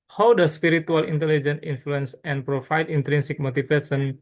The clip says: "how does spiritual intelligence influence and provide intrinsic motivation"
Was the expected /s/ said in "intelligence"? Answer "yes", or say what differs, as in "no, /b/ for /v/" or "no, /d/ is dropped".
no, /s/ is dropped